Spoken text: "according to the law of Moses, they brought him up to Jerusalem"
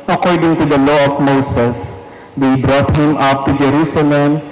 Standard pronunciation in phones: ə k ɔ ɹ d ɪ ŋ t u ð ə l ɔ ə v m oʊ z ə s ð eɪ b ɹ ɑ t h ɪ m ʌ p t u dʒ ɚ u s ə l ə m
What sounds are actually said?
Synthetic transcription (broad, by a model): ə k ɔ ɹ d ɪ ŋ t u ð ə l ɔ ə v m oʊ s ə s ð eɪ b ɹ ɑ t h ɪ m ʌ p t u dʒ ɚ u s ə l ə m